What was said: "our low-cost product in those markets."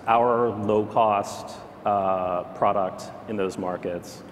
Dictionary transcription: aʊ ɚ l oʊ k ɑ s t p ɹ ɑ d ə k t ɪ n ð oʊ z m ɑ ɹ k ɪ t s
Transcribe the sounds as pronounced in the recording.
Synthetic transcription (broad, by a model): aʊ ɚ l oʊ k ɑ s t p ɹ ɑ d ə k t ɪ n ð oʊ z m ɑ ɹ k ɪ t s